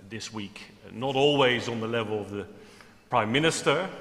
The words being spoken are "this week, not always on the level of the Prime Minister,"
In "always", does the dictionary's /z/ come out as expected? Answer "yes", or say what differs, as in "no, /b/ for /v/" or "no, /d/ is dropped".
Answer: yes